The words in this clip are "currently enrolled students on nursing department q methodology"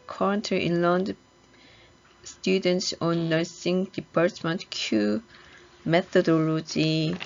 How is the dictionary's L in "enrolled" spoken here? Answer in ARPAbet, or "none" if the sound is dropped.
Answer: N